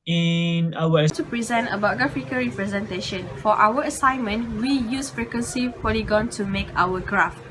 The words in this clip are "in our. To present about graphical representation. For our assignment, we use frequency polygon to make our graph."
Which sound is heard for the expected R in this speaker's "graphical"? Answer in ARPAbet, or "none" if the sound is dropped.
none